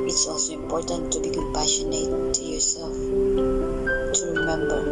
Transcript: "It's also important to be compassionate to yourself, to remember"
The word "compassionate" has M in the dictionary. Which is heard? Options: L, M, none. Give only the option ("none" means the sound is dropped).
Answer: none